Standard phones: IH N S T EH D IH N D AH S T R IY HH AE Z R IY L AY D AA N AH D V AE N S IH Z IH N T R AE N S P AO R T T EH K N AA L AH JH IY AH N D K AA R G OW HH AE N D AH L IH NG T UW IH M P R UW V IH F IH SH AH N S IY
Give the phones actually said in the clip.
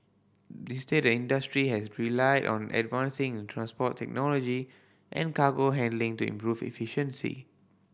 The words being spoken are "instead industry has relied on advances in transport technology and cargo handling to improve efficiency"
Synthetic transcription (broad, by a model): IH S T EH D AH N D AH S T R IY HH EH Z R IY L AY D AA N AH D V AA N S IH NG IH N T R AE N S P AO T T EH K N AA L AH JH IY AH N K AA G OW HH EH N D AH L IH NG T UW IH M P R UW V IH F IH SH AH N S IY